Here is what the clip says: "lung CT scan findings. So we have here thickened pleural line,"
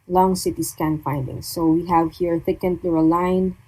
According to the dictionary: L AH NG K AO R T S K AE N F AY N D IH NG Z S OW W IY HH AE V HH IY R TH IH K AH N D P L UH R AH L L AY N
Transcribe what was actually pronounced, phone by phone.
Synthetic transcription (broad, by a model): L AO NG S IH T S K AE N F AY N D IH NG S OW W IY HH AE V HH IY R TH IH K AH N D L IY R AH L L AY N